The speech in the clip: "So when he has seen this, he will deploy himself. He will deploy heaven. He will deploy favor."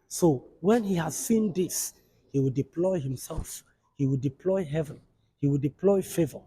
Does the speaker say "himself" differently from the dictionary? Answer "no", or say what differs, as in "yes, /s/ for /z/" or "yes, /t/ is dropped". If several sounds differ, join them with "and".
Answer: no